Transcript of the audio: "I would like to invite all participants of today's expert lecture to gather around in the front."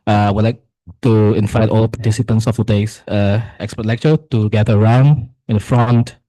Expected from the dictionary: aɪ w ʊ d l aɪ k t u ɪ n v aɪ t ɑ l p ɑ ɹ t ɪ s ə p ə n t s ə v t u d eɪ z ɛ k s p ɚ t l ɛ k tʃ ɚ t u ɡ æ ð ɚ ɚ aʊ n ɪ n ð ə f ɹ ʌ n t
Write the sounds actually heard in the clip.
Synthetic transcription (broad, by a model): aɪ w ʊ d l aɪ k t u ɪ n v aɪ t ɑ l p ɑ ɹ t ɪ s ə p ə n s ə f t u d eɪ s ɛ k s p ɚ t l ɛ k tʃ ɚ t u ɡ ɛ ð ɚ ɚ aʊ n ɪ n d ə f ɹ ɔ n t